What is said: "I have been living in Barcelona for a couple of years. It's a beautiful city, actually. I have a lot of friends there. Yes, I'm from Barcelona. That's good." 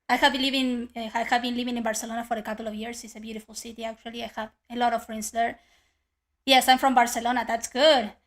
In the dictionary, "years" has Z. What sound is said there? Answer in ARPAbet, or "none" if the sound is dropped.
S